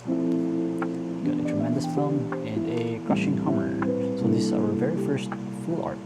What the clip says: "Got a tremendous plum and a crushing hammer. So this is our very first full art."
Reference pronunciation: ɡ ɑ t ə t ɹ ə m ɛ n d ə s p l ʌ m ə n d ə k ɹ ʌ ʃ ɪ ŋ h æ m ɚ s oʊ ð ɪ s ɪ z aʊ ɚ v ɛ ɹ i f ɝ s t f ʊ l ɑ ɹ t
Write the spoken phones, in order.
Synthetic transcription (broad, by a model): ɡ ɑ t ə t ɹ ə m ɛ n d ə s f l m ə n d ə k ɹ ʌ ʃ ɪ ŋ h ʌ m ɚ s oʊ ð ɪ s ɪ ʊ ɚ v ɛ ɹ i f ɝ s t f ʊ l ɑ ɹ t